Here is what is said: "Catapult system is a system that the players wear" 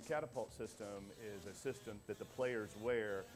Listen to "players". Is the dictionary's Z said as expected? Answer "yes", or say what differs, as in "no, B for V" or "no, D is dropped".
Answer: yes